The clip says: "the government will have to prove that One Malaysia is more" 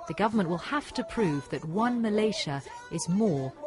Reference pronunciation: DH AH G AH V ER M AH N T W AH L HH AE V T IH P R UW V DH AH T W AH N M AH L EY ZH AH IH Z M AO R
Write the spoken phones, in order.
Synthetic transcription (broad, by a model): DH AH G AH V ER M AH N T W AH L HH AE F T IH P R UW V DH AH T W AH N M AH L EY SH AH IH Z M AO R